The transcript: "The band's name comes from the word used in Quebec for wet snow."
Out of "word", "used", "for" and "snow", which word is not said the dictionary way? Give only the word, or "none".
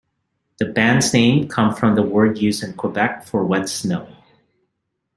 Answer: used